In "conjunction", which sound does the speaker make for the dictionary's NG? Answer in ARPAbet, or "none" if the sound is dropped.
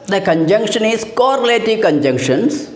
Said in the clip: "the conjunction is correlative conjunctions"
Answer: NG